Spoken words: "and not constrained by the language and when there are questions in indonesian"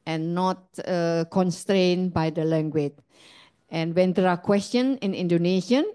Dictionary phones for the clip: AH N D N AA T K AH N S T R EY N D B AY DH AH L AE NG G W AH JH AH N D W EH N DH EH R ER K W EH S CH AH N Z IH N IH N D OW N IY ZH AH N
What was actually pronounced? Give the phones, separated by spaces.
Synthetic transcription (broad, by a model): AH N N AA T K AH N S T R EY N B AY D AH L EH NG G W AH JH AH N W EH N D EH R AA K W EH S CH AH N IH N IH N D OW N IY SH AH N